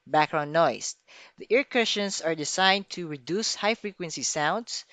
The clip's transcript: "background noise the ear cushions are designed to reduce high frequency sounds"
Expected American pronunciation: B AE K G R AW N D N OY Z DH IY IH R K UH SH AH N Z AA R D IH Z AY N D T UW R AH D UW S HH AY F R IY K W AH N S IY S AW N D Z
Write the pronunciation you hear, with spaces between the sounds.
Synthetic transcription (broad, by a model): B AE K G R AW N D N OY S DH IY IH R K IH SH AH N S AA R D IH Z AY N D T UW R AH D UW S HH AY F R IY K W AH N S IY S AW N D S